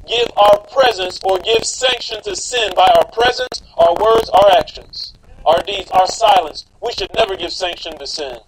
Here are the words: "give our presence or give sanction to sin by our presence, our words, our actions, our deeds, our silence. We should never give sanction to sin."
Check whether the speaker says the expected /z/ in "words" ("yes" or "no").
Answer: yes